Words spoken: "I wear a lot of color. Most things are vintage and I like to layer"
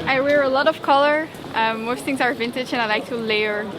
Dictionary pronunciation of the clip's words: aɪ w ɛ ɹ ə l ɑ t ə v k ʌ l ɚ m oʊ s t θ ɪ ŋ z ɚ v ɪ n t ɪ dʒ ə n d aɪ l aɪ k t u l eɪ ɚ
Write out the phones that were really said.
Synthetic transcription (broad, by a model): aɪ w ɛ ɹ ə l ɑ t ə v k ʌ l ɚ m oʊ s t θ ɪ ŋ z ɚ v ɪ n t ɪ dʒ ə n aɪ l aɪ k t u l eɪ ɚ